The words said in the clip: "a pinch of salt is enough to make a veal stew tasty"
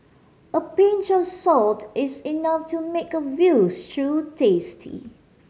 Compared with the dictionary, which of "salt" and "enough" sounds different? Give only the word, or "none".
none